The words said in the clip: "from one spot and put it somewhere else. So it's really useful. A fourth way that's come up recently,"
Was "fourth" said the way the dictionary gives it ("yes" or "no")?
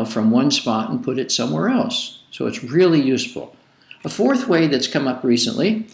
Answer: yes